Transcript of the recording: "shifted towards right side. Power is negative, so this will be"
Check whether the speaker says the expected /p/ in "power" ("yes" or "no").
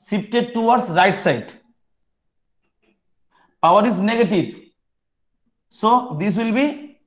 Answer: yes